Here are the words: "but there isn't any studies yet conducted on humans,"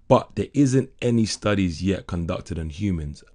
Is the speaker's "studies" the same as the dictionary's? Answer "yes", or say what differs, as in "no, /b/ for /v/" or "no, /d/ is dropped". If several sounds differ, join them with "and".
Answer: yes